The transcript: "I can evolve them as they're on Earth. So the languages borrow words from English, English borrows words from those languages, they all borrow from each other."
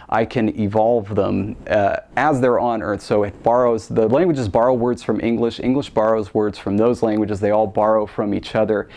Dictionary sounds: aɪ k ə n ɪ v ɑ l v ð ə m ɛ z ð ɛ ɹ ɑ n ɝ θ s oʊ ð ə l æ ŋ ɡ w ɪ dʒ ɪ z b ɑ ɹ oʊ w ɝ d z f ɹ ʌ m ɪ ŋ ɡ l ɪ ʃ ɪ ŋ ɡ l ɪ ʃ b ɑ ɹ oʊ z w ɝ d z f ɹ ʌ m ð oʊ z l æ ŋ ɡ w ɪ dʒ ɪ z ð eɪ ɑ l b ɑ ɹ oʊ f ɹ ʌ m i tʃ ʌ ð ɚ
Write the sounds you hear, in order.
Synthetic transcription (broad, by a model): aɪ k ə n ɪ v ɑ l v ð ə m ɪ z ð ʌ ɹ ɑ n ɝ θ s oʊ ð ə l æ ŋ ɡ w ɪ dʒ ɪ z b ɑ ɹ oʊ w ɝ d z f ɹ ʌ m ɪ ŋ ɡ l ɪ ʃ ɪ ŋ ɡ l ɪ ʃ b ɑ ɹ oʊ z w ɝ d z f ɹ ʌ m ð oʊ z l æ ŋ ɡ w ɪ dʒ ɪ z ð eɪ ɑ l b ɑ ɹ oʊ f ɹ ʌ m i tʃ ʌ ð ɚ